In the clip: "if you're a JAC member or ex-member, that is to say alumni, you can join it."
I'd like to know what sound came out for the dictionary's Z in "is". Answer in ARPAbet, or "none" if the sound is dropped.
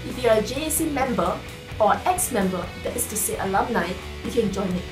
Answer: S